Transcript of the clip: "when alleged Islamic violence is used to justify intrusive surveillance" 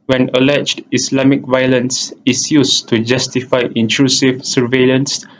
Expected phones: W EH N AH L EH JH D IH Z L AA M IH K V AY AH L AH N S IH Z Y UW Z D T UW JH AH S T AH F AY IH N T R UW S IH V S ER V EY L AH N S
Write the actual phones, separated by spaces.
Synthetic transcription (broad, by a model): W EH N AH L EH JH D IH S L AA M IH K V AY AH L AH N S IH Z Y UW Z T UW JH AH S T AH F AY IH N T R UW S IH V S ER V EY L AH N S